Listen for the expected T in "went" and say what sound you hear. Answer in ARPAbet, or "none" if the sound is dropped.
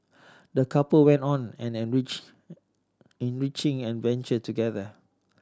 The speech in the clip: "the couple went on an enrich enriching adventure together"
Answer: T